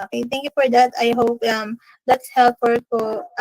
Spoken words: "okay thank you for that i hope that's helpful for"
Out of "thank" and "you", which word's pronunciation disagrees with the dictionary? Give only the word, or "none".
thank